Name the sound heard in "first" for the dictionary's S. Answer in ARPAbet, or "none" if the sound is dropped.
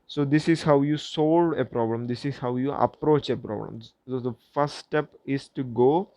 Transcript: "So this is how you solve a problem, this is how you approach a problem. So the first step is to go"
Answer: none